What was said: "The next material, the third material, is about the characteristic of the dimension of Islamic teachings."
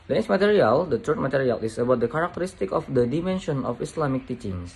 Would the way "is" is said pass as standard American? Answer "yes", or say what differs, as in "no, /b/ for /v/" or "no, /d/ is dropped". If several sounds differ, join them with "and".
no, /s/ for /z/